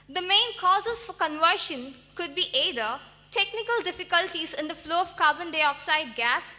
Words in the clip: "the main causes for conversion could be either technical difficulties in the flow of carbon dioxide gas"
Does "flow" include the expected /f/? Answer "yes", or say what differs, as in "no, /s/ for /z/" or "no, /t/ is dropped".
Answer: yes